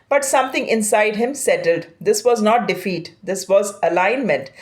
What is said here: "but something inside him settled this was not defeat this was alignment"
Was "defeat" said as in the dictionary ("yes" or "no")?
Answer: yes